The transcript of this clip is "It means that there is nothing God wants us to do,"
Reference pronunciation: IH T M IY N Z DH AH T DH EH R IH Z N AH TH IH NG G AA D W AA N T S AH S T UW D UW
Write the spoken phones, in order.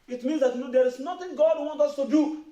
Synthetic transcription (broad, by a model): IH T M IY N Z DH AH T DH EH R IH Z N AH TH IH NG G AA D W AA N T AH S T UW D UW